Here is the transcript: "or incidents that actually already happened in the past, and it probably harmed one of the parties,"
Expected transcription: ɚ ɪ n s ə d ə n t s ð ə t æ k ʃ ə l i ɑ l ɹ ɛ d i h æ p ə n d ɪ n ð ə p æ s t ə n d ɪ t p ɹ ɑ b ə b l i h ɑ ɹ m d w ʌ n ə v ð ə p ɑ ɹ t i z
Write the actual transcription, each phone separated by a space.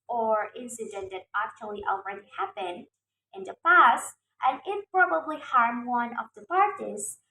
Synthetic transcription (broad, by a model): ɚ ɪ n s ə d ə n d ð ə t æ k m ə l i ɑ l ɹ ɛ d i h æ p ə n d ɪ n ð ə p æ s t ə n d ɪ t p ɹ ɑ b ə b l i h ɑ ɹ m w ʌ n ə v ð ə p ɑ ɹ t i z